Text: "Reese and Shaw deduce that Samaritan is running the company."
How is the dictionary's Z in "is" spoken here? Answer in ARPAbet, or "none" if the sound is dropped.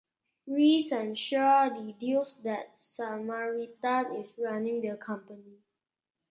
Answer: S